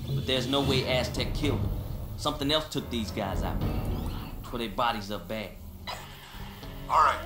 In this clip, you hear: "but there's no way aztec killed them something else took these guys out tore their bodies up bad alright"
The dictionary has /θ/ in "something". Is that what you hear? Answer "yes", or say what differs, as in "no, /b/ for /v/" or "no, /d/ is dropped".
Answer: yes